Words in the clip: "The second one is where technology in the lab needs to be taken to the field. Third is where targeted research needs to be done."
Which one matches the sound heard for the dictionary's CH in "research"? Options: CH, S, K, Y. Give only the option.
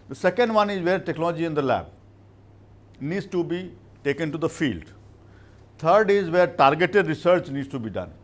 CH